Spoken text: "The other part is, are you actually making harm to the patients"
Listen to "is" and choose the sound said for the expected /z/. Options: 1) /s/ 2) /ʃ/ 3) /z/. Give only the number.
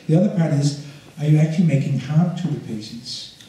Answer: 3